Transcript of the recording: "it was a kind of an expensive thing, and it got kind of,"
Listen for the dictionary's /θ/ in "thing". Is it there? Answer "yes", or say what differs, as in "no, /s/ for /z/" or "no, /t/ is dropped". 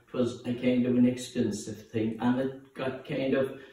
yes